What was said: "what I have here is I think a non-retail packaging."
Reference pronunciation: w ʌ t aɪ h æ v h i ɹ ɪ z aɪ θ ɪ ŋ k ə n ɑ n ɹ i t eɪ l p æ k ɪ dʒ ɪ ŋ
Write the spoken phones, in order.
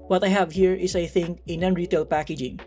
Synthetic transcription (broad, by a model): w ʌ t aɪ h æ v h i ɹ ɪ s aɪ θ ɪ ŋ k ə n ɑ n ɹ i t eɪ l p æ k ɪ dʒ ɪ ŋ